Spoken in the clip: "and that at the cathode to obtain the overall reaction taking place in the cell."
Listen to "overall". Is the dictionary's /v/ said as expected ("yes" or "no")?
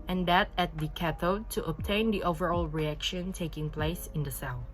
yes